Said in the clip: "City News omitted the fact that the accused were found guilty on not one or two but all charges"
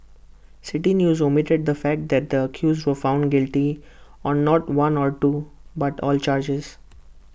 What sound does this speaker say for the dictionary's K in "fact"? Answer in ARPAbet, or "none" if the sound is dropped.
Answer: K